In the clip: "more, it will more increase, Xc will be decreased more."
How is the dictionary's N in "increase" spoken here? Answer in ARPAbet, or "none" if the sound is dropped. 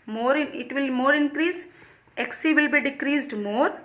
N